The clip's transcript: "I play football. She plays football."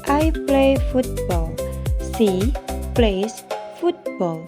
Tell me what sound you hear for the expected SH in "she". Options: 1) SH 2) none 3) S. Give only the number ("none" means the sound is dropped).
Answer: 3